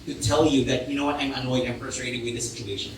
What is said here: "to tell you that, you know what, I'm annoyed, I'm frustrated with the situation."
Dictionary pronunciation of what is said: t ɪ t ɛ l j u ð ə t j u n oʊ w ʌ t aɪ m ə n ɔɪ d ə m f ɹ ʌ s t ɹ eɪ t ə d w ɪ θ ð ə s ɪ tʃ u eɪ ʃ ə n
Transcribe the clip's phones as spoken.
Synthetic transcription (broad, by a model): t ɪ t ɛ l j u ð ə t j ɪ n oʊ w ʌ t aɪ m ə n ɔɪ d ə m p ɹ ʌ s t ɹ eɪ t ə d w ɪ ð ə s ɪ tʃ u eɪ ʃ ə n